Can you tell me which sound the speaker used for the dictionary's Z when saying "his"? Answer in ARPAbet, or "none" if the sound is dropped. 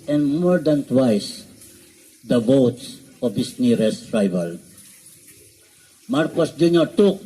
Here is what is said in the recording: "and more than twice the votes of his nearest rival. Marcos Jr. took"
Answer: S